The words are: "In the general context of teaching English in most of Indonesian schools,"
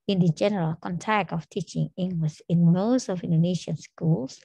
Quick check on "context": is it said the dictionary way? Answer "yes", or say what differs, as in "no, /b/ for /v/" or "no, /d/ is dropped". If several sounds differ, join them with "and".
no, /s/ is dropped